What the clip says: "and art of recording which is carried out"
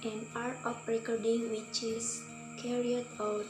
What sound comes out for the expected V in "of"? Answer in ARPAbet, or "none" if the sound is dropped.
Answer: P